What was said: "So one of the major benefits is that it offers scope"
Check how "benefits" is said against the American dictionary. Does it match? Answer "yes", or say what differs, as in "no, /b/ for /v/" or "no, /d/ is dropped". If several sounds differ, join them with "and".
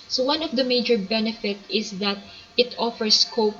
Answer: no, /s/ is dropped